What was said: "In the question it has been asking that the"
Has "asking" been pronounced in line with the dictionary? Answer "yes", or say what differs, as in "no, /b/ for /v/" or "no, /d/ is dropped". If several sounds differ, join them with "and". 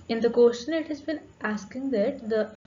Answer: yes